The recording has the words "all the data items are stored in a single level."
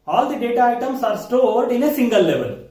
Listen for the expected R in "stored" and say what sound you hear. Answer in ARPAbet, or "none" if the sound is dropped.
R